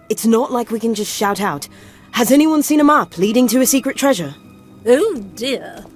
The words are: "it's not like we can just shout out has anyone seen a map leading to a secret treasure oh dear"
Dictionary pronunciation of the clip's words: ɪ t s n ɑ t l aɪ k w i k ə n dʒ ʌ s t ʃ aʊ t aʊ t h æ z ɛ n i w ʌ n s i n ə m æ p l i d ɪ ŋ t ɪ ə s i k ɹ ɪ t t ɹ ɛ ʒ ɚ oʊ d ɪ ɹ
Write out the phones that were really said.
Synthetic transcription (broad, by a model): ɪ t s n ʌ t l aɪ k w i k ə n dʒ ʌ s t ʃ aʊ t aʊ t h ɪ z ɛ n i w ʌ n s i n ə m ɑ p l i d ɪ ŋ t ɪ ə s i k ɹ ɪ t t ɹ ɛ ʒ ɚ oʊ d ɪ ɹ